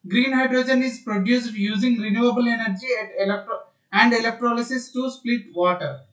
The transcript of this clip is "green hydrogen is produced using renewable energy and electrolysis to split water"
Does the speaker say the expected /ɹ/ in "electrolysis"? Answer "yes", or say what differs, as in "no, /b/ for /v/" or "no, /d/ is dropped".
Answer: yes